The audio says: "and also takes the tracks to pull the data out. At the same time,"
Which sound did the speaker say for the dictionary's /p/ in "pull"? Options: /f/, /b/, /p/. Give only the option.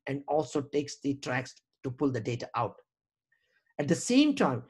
/p/